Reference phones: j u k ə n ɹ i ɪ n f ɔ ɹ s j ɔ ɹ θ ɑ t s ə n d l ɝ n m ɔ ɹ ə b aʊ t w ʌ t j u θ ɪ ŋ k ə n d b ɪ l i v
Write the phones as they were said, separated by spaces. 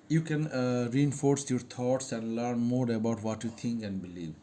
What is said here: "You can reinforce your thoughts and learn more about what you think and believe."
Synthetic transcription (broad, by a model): j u k ə n ɹ i ɪ n f ɔ ɹ s j ɔ ɹ t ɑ t s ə n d l ɝ n m ɔ ɹ ə b aʊ t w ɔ t j u t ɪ ŋ k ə n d b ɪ l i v